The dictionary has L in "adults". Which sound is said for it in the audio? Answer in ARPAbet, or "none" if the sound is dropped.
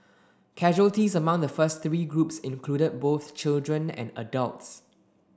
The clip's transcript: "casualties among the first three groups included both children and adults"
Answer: L